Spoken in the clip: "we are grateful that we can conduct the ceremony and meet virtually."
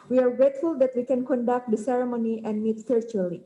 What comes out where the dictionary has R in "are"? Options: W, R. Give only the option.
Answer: R